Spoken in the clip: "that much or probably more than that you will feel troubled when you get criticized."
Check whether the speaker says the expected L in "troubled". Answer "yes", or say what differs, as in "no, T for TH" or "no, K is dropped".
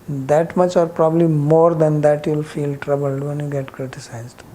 yes